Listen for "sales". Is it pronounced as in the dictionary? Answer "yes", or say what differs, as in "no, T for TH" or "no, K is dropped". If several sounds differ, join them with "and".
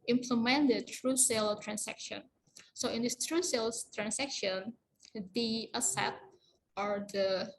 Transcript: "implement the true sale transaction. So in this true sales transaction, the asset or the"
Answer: no, Z is dropped